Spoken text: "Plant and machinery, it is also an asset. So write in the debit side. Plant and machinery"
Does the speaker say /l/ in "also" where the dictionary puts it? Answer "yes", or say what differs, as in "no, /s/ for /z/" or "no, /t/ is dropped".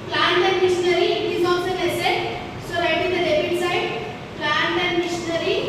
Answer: no, /l/ is dropped